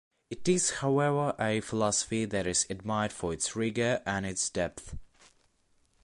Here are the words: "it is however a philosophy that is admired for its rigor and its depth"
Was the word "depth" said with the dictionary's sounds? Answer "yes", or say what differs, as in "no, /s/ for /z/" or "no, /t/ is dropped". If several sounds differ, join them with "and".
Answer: yes